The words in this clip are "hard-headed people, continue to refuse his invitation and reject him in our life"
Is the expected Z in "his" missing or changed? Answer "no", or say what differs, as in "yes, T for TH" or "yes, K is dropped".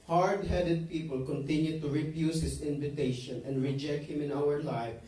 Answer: yes, S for Z